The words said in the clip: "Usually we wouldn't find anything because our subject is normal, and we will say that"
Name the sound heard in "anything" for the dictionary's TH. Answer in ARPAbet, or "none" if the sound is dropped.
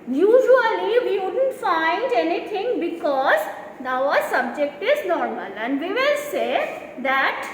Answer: T